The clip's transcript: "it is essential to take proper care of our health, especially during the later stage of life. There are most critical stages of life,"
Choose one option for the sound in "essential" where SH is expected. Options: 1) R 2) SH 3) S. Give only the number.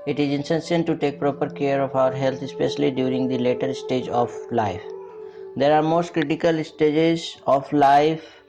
3